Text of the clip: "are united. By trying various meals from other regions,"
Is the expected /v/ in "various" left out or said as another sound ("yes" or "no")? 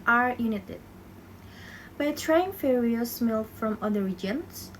yes